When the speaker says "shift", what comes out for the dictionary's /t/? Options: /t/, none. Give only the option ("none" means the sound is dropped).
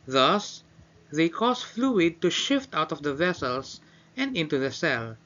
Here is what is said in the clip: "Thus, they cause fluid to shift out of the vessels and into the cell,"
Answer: /t/